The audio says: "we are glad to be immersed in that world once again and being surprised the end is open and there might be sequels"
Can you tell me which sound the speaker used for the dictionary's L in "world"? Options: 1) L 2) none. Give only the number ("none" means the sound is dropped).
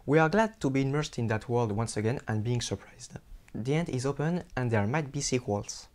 1